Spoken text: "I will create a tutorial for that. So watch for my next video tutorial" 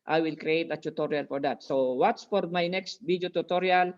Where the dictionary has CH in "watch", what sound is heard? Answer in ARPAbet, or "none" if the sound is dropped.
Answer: S